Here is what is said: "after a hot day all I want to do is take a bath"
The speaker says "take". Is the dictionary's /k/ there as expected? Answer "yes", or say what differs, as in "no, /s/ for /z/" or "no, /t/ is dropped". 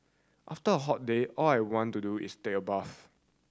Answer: no, /k/ is dropped